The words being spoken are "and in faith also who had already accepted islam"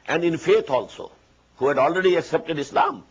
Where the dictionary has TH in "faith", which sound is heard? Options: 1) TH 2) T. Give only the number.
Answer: 2